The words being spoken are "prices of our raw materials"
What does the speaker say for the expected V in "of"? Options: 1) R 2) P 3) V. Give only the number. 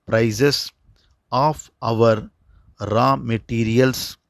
3